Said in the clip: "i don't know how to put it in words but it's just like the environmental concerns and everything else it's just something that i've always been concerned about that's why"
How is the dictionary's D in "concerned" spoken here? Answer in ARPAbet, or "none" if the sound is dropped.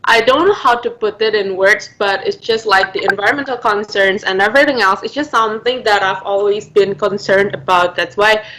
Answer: D